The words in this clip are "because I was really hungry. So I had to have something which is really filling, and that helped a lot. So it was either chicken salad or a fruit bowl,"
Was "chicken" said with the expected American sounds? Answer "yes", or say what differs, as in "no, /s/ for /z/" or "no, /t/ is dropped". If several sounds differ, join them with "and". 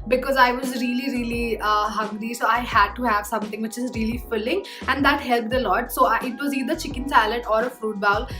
yes